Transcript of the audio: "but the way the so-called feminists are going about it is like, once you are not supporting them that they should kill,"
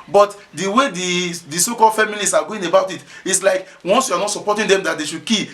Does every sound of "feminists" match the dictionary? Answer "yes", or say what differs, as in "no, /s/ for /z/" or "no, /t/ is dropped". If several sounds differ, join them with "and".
no, /l/ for /n/